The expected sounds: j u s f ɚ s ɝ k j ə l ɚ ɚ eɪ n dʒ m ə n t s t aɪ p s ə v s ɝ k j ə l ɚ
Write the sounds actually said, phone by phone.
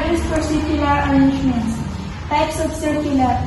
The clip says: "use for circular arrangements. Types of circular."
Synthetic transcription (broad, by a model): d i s p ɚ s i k j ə l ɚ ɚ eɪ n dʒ m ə n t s t aɪ p s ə f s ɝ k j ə l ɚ